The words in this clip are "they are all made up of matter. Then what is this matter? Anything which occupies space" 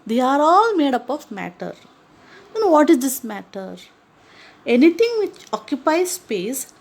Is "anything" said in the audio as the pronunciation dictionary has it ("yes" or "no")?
no